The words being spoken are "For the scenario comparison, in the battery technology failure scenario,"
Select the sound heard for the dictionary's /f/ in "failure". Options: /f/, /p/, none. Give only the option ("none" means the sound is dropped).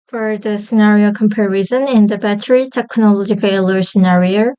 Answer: /p/